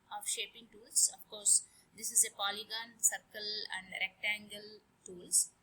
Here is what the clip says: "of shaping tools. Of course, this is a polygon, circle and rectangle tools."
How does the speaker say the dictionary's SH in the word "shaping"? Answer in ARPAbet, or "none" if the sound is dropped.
SH